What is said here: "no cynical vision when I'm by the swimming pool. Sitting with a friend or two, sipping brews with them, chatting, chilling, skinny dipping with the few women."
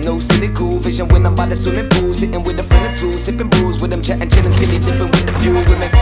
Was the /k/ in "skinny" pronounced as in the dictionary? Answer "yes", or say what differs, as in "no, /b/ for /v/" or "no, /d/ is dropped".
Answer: no, /k/ is dropped